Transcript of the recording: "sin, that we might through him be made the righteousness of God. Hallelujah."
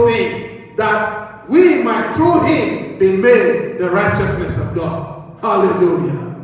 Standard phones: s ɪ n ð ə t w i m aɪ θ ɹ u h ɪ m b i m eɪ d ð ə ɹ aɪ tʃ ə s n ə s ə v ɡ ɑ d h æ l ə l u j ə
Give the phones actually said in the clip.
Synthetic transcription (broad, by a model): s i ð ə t w i m aɪ t ɹ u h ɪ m b i m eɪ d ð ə ɹ aɪ tʃ ə s n ə s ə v ɡ ɑ d h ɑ l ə l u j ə